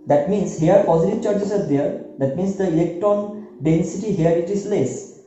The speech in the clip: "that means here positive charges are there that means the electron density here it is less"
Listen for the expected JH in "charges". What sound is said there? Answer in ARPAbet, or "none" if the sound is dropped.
CH